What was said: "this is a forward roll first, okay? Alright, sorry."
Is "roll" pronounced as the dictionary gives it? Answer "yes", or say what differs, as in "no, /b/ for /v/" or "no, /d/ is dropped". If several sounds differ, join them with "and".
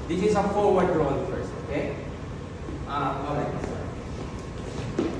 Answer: no, /n/ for /l/